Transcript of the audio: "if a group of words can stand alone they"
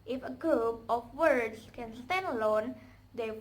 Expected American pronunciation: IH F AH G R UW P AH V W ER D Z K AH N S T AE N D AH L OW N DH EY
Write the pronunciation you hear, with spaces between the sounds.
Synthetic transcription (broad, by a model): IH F AH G UW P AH F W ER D S K AH N S T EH N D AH L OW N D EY